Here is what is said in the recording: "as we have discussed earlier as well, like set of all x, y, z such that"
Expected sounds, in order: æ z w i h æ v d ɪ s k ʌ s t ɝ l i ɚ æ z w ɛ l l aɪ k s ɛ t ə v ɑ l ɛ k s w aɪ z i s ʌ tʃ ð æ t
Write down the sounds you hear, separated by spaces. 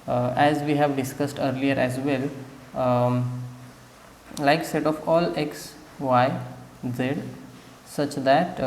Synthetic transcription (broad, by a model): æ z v i h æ v d ɪ s k ʌ s t ɝ l i ɚ æ z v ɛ l l aɪ k s ɛ t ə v ɑ l ɛ k s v aɪ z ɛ s ʌ tʃ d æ t